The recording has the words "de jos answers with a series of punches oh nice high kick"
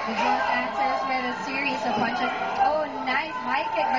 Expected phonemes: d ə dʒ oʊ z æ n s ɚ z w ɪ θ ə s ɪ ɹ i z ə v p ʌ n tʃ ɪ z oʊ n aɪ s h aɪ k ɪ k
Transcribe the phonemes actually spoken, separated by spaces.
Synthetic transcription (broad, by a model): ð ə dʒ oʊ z æ n s ɚ z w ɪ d ə s ɪ ɹ i z ə v b ʌ n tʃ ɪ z oʊ n aɪ s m aɪ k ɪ